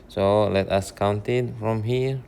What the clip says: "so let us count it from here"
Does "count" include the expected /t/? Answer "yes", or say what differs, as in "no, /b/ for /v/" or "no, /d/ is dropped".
yes